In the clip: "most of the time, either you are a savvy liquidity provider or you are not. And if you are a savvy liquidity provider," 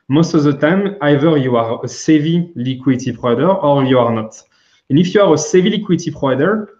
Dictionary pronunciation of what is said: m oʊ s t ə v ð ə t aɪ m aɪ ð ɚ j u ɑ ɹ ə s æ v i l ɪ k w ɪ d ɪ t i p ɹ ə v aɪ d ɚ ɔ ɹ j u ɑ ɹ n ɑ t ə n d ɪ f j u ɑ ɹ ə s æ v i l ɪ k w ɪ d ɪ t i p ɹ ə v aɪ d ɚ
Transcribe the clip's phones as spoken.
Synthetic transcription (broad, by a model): m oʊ s t ə v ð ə t aɪ m aɪ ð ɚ j u ɑ ɹ ə s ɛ v i l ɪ k w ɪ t i p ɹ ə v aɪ d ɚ ɔ ɹ j u ɑ ɹ n ɑ t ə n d ɪ f j u ɑ ɹ ə s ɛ v i l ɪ k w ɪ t i p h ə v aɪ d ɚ